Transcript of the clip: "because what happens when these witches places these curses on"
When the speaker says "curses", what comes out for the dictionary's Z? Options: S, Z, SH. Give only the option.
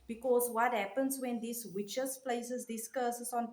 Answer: S